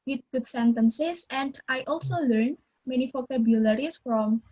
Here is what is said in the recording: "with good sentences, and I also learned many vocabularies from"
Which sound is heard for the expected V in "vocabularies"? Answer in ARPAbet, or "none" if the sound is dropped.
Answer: P